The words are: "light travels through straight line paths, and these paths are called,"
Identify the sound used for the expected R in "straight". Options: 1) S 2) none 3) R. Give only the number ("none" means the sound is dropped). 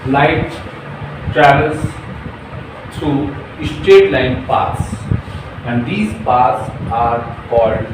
2